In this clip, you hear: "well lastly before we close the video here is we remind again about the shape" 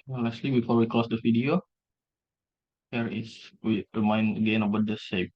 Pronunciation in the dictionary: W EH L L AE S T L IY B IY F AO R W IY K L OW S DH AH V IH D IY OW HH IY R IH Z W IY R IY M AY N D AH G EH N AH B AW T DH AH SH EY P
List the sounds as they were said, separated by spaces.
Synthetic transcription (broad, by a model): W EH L L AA S T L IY B IY F AO R W IY K OW S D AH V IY D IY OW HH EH R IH S W IY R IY M AY N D AH G EH N AH B AW T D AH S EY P